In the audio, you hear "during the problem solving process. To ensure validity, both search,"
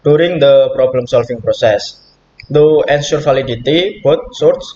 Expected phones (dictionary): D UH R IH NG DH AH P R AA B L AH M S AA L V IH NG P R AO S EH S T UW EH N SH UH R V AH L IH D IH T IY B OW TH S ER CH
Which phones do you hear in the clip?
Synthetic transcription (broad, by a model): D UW R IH NG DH AH P R AA B L AH M S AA L F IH NG P R AO S EH S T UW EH N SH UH R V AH L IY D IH T IY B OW T S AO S